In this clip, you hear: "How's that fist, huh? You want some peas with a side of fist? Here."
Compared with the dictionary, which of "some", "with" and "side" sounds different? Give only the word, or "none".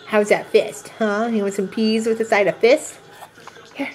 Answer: none